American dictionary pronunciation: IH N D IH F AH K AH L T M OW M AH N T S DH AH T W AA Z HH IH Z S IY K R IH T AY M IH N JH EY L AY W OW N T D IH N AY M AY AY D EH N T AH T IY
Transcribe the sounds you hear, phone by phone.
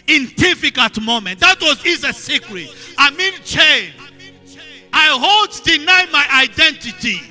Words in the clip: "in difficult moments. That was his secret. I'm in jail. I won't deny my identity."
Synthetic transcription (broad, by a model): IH N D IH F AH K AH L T M OW M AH N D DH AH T W AA Z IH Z S IY K R IH T AY M IH N CH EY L AY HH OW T D IH N AY M AY AY D EH N T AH T IY